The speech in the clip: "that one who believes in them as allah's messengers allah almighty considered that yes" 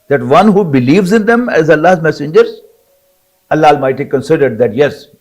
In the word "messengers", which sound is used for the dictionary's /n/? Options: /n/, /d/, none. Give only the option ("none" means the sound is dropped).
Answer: /n/